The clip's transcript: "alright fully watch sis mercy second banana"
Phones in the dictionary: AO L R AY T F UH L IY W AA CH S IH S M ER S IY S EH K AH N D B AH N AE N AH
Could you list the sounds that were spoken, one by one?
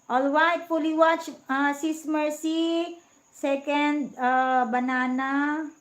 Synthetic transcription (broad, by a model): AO L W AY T P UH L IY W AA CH S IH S M ER S IY S EH K AH N D B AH N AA N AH